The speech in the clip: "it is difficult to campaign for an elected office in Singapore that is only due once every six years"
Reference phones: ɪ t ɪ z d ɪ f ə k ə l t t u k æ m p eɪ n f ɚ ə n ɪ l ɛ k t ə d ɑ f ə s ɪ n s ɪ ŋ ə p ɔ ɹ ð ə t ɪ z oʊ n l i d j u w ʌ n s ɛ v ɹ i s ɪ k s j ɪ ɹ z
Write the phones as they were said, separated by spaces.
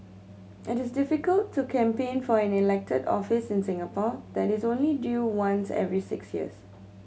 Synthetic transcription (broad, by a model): ɪ t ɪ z d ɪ f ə k ə l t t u k æ m p eɪ n f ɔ ə n ɪ l ɛ k t ə d ɑ f ə s ɪ n s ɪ ŋ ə p ɔ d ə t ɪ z oʊ n l i d j u w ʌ n s ɛ v ɹ i s ɪ k s j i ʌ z